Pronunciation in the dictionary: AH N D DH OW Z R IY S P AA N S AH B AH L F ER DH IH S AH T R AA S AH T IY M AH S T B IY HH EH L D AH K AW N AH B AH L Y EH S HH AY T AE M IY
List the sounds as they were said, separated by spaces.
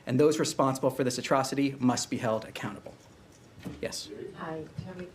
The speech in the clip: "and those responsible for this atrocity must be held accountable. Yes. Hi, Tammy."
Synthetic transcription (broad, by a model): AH N DH OW Z R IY S P AA N S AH B L F ER DH IH S AH T R AA S AH T IY M AH S T B IY HH EH L D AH K AW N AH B L Y EH S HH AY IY